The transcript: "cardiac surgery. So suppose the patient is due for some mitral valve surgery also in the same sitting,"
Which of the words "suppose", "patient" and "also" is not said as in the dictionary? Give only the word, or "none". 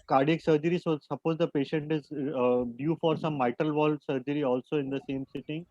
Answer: none